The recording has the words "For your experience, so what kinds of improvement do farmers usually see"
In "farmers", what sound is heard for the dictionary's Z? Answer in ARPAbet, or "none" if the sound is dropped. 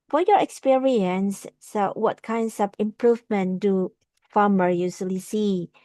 none